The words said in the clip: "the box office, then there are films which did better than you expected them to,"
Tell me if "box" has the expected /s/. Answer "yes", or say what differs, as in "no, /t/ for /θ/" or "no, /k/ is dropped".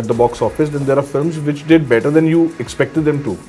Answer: yes